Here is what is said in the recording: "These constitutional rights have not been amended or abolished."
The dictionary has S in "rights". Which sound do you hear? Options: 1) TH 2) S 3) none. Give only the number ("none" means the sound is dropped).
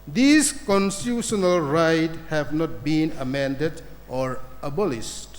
3